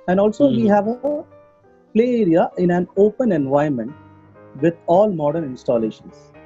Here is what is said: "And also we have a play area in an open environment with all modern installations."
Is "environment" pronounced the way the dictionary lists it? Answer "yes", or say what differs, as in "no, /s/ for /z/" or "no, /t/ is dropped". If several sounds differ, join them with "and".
no, /ɹ/ is dropped